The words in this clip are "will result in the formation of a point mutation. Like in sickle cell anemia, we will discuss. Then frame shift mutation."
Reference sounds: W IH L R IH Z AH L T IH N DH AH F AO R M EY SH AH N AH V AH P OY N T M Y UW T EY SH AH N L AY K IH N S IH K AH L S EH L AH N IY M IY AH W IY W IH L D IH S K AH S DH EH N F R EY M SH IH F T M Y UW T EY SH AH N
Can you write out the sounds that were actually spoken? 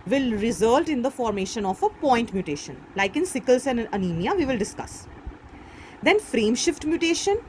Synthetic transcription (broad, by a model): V IH L R IH Z AH L T IH N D AH F AO R M EY SH AH N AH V AH P OY N T M Y UW T EY SH AH N L AY K IH N S IH K AH L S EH N AH N IY M IY AH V IY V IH L D IH S K AH S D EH N F R EY M SH IH F T M Y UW T EY SH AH N